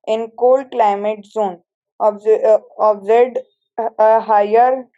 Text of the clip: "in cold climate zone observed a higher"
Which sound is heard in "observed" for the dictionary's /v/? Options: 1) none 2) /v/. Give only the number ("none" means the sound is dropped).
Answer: 1